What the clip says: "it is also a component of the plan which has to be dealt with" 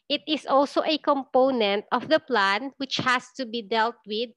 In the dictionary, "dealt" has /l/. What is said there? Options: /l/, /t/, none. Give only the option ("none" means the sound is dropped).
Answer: /l/